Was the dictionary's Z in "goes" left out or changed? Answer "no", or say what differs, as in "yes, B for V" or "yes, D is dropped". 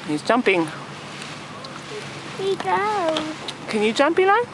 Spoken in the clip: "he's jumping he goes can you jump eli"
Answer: yes, Z is dropped